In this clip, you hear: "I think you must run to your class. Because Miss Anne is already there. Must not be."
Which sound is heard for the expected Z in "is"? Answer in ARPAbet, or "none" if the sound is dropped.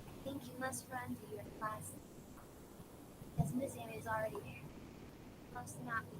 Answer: Z